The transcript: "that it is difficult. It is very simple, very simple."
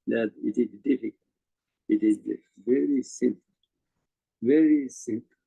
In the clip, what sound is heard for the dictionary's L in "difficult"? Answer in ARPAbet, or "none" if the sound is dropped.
none